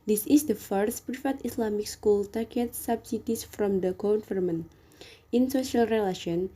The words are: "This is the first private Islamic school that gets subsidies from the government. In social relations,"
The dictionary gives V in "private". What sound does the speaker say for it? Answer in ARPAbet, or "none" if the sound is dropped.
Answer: F